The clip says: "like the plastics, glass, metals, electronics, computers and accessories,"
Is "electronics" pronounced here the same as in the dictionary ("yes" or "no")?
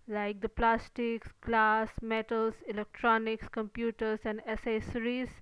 yes